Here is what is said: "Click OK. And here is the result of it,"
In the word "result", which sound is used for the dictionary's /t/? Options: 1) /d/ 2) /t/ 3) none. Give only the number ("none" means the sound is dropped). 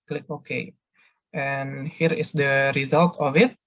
2